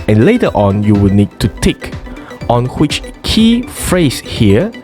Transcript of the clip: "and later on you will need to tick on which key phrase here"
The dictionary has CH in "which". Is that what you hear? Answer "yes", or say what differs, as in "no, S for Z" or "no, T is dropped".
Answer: yes